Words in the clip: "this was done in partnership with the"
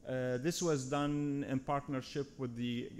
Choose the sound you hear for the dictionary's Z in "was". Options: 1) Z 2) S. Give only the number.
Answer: 1